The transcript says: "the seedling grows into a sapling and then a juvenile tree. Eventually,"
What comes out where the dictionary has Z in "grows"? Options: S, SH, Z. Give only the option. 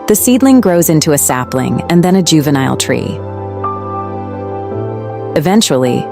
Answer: Z